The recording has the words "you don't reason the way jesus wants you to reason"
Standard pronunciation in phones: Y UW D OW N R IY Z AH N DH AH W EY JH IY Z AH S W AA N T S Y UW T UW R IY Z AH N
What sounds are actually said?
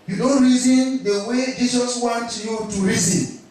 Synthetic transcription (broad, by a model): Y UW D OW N R IY Z AH N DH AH W EY JH IY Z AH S W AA N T Y UW T UW R IY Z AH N